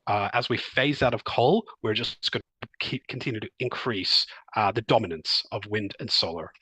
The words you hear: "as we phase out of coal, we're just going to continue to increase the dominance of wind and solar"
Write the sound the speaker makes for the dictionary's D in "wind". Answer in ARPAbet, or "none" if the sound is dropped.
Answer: D